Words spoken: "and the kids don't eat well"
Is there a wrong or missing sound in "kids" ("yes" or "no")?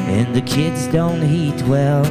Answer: no